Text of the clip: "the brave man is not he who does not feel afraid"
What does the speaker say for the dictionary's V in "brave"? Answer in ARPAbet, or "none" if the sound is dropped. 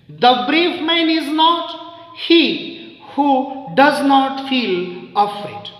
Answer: F